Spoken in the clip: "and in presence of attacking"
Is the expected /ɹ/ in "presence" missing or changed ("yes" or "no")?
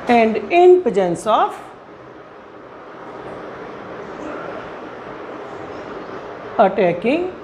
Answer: yes